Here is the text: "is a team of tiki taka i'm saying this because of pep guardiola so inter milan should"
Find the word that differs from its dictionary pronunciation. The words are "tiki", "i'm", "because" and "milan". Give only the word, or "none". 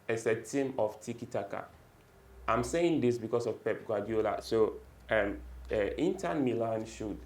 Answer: because